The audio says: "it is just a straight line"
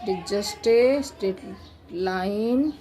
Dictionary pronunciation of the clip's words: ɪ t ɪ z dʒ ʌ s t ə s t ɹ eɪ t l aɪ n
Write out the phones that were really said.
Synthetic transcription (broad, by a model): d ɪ dʒ ʌ s t ə s t eɪ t l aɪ n